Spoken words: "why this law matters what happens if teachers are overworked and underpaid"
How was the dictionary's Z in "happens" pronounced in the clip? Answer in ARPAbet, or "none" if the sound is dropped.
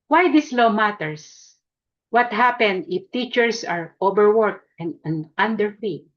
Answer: none